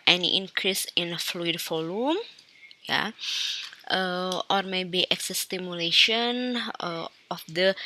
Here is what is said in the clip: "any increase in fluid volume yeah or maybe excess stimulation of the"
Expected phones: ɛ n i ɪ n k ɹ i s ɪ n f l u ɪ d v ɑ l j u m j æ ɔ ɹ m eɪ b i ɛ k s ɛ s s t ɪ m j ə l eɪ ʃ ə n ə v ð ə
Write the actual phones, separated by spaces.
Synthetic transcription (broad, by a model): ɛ n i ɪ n k ɹ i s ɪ n f l u ɪ d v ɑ l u m j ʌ ɔ ɹ m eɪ b i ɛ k s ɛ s s t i m j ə l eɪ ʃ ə n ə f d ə